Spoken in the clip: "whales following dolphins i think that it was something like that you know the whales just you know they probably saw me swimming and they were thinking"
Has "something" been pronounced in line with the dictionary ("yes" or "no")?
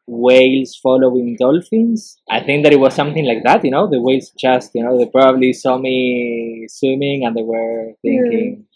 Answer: yes